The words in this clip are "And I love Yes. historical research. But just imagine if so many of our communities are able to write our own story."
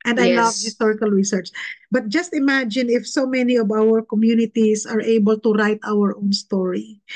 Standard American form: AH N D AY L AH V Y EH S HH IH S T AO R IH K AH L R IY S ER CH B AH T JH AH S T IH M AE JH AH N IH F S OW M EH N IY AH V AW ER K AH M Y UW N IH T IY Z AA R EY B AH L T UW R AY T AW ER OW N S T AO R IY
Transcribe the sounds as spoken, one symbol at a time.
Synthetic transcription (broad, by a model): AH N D AY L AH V HH IH S T AO R IH K AH L R IY S ER CH B AH T JH AH S T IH M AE JH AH N IH F S OW M EH N IY AH V AW ER K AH M Y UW N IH T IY S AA R EY B AH L T UW R AY T AW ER OW N S T AO R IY